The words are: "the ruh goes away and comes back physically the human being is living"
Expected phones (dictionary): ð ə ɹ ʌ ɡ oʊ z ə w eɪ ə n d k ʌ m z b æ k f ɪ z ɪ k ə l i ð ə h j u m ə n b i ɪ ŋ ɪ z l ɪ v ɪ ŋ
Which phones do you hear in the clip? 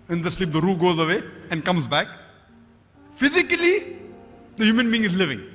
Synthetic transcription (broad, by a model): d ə ɹ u ɡ oʊ z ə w eɪ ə n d k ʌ m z b æ k f ɪ z ɪ k ə l i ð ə h j u m ə n b i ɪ ŋ ɪ z l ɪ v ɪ ŋ